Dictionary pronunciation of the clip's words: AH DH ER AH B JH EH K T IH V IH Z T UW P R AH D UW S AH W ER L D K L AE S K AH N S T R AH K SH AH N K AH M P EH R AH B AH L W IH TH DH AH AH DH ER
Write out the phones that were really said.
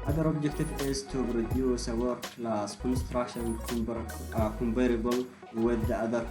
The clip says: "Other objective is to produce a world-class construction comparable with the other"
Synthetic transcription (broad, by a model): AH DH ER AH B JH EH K T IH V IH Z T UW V R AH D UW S AH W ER D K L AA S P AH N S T R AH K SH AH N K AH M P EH R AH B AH L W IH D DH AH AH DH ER